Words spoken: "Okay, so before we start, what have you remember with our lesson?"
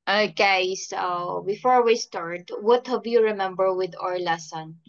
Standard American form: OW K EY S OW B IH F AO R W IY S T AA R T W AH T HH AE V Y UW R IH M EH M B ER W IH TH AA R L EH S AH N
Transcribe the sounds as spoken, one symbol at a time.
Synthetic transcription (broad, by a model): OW K EY S OW B IH F AO R W IY S T AA R T W AH T HH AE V Y UW R IH M EH M B ER W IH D AA R L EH S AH N